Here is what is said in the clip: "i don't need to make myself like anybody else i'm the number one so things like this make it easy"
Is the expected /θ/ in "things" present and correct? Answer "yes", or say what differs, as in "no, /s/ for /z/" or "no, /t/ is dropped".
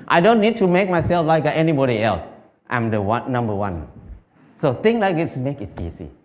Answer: no, /t/ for /θ/